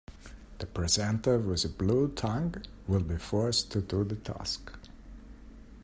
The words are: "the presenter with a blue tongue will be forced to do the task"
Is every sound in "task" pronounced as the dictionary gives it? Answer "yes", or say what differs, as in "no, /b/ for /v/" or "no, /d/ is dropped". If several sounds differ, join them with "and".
yes